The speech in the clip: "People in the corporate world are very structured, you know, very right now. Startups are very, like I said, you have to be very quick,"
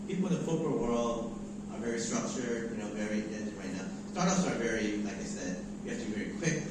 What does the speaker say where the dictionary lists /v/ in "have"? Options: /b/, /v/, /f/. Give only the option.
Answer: /f/